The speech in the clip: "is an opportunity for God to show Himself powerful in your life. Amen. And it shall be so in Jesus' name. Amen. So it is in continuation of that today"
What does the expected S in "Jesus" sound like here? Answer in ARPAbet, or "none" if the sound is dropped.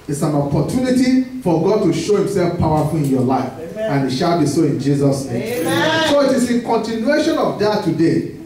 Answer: S